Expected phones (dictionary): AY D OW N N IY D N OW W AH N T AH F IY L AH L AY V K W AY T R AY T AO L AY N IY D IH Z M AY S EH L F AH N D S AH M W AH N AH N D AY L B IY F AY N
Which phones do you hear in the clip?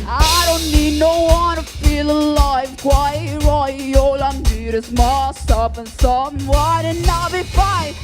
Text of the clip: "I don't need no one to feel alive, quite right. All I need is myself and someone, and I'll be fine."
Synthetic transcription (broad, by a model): AY D OW N N IY D N OW W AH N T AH F IY L AH L AY V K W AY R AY AO L AY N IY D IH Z M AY S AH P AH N S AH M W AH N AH N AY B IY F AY